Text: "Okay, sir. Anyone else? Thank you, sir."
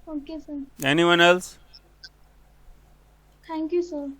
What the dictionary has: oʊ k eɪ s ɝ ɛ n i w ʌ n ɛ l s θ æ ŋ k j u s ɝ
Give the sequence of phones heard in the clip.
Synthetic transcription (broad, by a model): oʊ k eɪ s ɝ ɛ n i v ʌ n ɛ l s t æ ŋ k j u s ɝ